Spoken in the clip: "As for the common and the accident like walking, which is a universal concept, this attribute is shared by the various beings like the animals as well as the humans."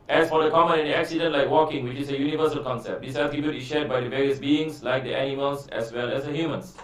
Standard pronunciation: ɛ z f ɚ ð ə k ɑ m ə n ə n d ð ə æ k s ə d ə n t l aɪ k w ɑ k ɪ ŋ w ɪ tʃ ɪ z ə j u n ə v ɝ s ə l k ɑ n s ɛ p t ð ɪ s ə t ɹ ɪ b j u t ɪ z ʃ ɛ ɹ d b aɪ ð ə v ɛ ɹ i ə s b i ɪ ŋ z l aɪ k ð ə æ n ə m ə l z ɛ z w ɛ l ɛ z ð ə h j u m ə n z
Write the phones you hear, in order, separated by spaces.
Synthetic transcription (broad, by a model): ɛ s f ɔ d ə k ɑ m ə n ə n d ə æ k s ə d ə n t l aɪ k w ɑ k ɪ ŋ w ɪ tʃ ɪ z ə j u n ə v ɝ s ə l k ɑ n s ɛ p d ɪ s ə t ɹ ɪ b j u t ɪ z ʃ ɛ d b aɪ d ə v ɛ ɹ i ə s b i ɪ ŋ s l aɪ k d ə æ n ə m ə l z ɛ s w ɛ l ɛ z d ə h j u m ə n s